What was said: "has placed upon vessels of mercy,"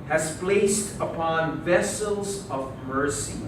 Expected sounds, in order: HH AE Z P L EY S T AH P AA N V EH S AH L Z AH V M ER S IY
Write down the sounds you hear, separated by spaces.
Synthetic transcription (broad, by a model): HH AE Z P L EY S T AH P AA N V EH S AH L Z AH V M ER S IY